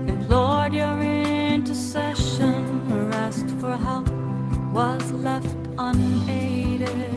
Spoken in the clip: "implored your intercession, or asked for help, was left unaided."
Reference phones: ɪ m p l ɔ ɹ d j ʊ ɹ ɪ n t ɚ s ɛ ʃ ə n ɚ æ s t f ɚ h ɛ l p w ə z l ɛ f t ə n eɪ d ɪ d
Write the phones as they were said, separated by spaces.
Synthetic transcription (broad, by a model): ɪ l ɔ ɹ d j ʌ ɹ ɪ n t ɚ s ɛ ʃ ə n ɚ æ s t f ɚ h ɛ l p w ə z l ɛ f t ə n eɪ d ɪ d